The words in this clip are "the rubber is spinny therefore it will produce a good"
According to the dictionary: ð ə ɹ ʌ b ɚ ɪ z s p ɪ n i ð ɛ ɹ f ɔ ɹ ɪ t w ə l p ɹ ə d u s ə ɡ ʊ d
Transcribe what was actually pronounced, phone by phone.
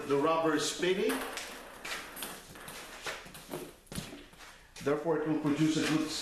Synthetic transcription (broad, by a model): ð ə ɹ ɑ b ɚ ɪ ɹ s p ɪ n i ð ɛ ɹ f ɔ ɹ ɪ t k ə n p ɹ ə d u s ə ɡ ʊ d